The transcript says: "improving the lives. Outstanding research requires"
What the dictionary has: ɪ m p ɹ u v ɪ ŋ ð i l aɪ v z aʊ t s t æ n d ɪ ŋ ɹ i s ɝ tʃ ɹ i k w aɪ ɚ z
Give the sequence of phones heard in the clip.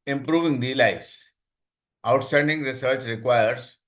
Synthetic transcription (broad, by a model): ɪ m p ɹ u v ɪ ŋ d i l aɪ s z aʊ t s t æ n d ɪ ŋ ɹ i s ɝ s ɹ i k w aɪ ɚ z